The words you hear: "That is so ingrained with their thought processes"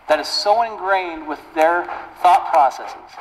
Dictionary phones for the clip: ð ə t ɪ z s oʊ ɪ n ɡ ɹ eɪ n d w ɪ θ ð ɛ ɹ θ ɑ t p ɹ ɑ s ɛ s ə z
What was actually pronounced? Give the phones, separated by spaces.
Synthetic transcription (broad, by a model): ð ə t ɪ z s oʊ ɪ n ɡ ɹ eɪ n d w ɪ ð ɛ ɹ θ ɑ t p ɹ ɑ s ɛ s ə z